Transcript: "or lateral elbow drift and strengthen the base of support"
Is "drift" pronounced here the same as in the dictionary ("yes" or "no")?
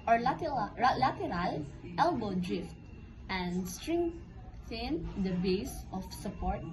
yes